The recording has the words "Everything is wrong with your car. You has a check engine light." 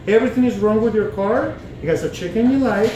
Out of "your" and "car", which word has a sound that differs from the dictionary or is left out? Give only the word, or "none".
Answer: none